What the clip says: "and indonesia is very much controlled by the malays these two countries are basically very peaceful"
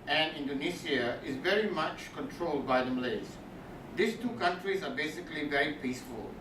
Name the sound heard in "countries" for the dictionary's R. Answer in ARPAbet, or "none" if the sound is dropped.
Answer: R